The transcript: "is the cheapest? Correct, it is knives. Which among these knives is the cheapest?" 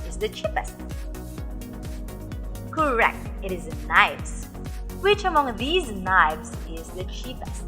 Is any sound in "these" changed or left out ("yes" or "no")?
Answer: no